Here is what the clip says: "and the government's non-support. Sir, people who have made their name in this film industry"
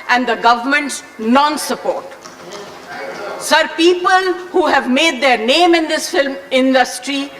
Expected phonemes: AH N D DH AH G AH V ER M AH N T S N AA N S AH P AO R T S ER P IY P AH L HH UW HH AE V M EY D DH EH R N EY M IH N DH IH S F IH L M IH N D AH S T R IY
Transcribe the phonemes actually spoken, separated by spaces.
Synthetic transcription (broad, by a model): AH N D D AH G AH V ER M AH N T S N AA N S AH P AO R T S ER P IY P AH L HH UW HH AE V M EY D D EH R N EY M IH N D IH S F IH L M IH N D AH S T R IY